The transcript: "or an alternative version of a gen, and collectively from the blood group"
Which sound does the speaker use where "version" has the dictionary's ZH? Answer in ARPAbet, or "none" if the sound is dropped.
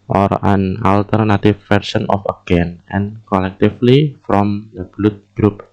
S